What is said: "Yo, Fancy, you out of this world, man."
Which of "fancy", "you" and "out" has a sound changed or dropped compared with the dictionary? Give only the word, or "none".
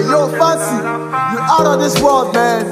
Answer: fancy